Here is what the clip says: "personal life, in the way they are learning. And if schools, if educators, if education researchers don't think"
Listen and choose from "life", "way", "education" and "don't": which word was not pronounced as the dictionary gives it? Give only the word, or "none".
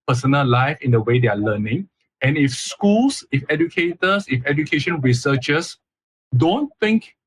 none